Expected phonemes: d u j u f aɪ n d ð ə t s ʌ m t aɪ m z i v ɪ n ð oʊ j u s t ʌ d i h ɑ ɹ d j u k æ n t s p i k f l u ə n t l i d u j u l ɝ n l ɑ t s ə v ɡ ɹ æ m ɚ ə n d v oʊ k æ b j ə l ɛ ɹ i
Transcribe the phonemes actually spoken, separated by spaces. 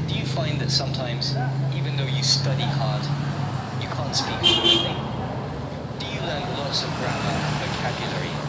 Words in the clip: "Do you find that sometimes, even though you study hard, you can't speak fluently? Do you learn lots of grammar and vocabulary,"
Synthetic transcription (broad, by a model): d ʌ j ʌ f aɪ n ð ə t s ʌ m t aɪ m z i v ɪ n ð oʊ j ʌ s t ʌ d i h ɑ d j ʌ k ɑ n t s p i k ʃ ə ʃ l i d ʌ j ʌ l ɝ n l ɑ t s ə v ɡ ɹ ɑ m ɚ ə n v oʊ k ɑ b j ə l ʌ ɹ i